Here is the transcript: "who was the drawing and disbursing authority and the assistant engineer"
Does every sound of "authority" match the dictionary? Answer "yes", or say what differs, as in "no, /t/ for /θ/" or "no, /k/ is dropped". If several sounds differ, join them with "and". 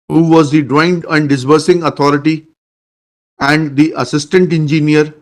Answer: no, /t/ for /θ/